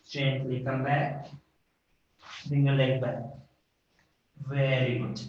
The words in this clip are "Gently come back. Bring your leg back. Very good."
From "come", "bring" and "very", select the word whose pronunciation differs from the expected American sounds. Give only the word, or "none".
bring